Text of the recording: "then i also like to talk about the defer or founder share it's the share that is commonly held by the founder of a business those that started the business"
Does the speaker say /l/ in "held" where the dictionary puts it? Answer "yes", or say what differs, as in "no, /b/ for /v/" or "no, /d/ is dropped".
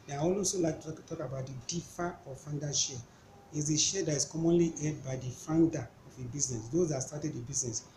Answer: no, /l/ is dropped